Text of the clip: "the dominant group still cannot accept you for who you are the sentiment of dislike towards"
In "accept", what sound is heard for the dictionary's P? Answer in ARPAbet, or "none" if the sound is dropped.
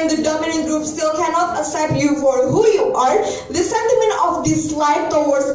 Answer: none